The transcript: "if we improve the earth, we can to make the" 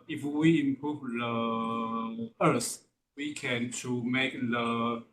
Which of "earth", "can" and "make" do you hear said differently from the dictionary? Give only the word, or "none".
earth